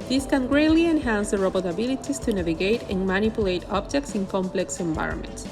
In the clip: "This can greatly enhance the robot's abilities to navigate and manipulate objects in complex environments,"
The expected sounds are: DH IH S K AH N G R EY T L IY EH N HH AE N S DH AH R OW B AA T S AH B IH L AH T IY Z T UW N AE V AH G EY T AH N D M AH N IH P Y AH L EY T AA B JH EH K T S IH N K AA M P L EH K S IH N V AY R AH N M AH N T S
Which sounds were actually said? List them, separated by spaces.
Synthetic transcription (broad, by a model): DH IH S K AH N G R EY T L IY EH N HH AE N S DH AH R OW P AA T AH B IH L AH T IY S T UW N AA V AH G EY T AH N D M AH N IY P Y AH L EY T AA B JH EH K T S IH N K AA M P L EH K S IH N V AY R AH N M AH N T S